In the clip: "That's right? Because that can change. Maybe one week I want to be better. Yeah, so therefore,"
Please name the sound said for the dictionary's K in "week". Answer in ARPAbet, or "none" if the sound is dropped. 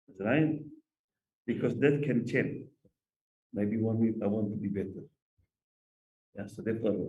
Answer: none